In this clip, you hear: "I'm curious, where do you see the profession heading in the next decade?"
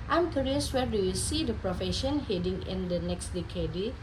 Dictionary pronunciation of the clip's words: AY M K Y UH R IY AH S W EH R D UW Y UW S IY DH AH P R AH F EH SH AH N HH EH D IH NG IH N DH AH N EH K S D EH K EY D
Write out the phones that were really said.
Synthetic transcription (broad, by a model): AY M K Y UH R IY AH S W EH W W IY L S IY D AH P R AH F EH SH AH N HH EH D IH NG IH N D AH N EH K S D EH K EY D